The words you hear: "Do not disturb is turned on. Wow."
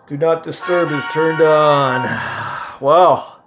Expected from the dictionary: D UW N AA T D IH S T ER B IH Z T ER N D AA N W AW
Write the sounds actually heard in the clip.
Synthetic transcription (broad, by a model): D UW N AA T D IH S T ER B IH Z T ER N D N W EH